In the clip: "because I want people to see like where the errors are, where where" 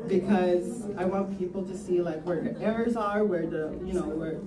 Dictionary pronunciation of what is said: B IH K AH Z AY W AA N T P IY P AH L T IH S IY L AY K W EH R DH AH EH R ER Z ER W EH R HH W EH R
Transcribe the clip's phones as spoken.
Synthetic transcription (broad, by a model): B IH K AH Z AY W AA N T P IY P L T IH S IY L AY K W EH R DH AH EH R ER Z ER W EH R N W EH R